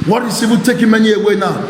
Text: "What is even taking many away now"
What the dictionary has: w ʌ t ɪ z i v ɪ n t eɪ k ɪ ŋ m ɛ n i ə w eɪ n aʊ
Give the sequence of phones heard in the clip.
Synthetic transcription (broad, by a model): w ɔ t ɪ s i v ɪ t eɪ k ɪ m ɛ n i ə w eɪ n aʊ